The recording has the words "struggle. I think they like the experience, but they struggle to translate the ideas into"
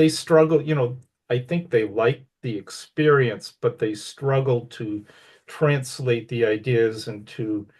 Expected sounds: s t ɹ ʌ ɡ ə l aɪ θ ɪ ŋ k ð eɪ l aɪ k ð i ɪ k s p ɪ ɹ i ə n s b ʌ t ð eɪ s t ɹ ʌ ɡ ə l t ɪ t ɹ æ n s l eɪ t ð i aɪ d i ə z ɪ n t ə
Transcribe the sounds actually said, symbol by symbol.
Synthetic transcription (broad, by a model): s t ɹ ʌ ɡ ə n aɪ θ ɪ ŋ k ð eɪ l aɪ k ð i ɪ k s p ɪ ɹ i ə n s b ʌ t ð eɪ s t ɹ ʌ ɡ l t ɪ t ɹ æ n s l eɪ t ð i aɪ d i ə z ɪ n t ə